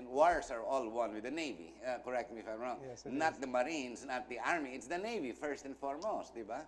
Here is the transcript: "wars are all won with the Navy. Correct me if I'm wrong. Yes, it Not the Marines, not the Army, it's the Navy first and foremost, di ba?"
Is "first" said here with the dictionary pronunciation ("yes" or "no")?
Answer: yes